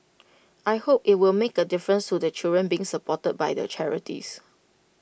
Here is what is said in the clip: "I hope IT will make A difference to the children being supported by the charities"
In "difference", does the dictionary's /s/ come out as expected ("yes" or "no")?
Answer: yes